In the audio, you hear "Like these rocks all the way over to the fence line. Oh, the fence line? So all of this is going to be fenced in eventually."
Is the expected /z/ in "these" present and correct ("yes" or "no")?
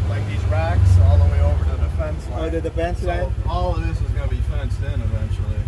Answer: yes